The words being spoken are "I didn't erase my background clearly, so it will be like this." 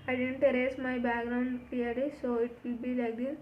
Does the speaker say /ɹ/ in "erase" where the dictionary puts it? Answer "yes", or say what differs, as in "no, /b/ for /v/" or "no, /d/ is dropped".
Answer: yes